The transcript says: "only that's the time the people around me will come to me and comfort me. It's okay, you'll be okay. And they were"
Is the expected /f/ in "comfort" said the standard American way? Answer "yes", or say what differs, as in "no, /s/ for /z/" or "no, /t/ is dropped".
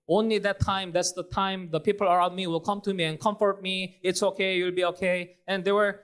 yes